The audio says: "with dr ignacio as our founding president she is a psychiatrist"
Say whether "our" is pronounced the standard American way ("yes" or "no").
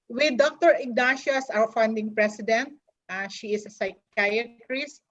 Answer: no